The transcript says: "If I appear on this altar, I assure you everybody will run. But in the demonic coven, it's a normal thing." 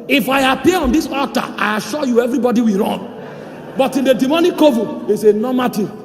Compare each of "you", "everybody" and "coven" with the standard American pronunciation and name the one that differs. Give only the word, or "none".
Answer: coven